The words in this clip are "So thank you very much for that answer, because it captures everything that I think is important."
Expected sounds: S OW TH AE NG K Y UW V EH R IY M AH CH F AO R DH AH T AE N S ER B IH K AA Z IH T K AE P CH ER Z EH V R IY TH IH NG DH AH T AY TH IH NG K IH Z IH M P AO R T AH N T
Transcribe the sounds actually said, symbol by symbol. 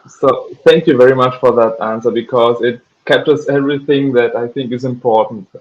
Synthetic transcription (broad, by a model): S OW TH AE NG K Y UW V EH R IY M AH CH F AO R DH AH T AE N S ER B IH K AA Z IH T K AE P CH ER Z EH V R IY TH IH NG DH AH T AY TH IH NG K IH Z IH M P AO R T N T